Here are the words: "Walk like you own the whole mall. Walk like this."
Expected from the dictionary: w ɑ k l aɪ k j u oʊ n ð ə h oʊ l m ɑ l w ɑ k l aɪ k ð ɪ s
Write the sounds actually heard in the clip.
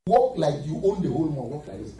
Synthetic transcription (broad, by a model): w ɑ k l aɪ k j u oʊ n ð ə h oʊ l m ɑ n w ɑ k l aɪ k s